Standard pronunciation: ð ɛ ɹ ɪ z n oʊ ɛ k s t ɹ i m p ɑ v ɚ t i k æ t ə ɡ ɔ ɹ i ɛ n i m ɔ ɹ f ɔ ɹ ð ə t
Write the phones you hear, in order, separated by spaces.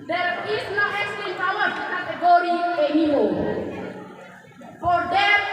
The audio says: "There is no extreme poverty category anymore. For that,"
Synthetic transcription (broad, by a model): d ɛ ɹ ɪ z n oʊ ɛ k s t i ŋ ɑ w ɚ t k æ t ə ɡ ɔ ɹ i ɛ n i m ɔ f ɔ ɹ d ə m